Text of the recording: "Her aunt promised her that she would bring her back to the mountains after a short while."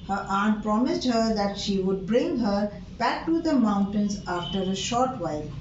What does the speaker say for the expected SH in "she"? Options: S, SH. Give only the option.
SH